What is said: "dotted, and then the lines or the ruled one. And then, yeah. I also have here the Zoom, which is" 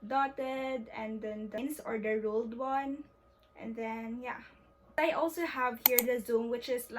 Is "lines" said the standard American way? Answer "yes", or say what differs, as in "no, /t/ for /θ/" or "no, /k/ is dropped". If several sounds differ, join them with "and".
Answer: no, /s/ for /z/